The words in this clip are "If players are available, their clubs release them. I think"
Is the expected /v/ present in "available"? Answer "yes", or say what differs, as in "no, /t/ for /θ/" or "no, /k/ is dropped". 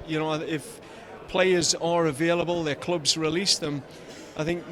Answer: yes